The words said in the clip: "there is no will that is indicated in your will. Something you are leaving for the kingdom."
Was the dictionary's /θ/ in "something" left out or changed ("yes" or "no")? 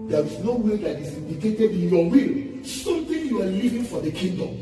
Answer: yes